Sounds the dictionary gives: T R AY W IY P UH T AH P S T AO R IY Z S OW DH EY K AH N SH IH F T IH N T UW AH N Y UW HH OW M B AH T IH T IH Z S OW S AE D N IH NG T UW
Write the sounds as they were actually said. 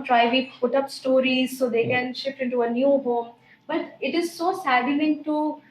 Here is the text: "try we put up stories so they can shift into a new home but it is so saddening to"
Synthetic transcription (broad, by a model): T R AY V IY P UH T AH P S T AO R IY Z S OW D EY K AH N SH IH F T IH N T UW AH N Y UW HH OW M B AH T IH T IH Z S OW S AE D L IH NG T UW